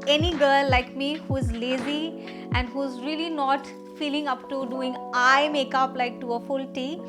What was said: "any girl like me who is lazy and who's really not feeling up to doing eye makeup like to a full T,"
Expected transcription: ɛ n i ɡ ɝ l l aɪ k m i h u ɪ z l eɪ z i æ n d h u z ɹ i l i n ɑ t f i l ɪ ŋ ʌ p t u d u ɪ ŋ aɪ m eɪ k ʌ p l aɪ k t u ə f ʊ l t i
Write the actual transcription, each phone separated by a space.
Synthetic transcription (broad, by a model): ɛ n i ɡ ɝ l l aɪ k m i h u ɪ z l eɪ z i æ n d h u z ɹ i l i n ɑ t f i l ɪ ŋ ʌ p t u d u ɪ ŋ aɪ m eɪ k ʌ p l aɪ k t u ə f ʊ l t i